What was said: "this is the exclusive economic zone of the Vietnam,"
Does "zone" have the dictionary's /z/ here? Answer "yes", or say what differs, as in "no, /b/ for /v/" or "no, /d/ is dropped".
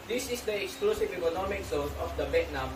no, /s/ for /z/